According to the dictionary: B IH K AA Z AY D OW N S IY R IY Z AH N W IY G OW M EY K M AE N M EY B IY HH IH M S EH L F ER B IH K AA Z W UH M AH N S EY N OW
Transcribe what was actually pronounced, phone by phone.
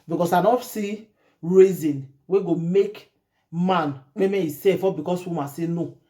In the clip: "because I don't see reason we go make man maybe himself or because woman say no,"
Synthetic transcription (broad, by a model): B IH K AA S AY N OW S IY R IY Z AH N W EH G OW M EY K M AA N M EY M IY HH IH S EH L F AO B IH K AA S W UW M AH S EY N OW